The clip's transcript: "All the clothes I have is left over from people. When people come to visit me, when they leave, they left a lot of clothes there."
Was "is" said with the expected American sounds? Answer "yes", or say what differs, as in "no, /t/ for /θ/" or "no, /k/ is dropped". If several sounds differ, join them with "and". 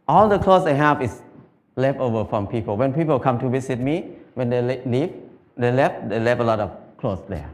no, /s/ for /z/